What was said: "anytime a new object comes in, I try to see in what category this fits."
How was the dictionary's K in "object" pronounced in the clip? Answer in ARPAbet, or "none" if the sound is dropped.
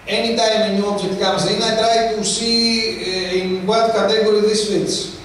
none